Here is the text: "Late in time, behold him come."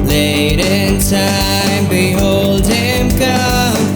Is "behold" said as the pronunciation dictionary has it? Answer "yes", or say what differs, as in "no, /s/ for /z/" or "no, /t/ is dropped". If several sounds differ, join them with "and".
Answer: yes